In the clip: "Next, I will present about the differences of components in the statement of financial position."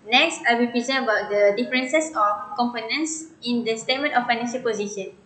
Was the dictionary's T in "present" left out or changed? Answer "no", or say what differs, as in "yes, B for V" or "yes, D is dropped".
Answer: yes, T is dropped